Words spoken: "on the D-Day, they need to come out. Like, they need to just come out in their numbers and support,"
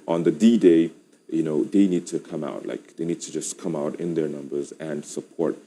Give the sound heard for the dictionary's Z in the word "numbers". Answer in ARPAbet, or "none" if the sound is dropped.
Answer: Z